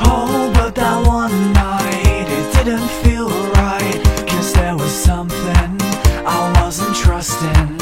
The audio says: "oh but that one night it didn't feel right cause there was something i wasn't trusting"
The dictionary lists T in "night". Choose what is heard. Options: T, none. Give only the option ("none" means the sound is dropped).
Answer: T